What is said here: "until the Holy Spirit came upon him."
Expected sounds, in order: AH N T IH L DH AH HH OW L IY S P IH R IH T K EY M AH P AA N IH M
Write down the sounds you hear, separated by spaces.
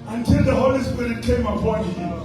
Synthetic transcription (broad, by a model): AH N T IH L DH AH HH OW L IY S P IH R IH T K EY M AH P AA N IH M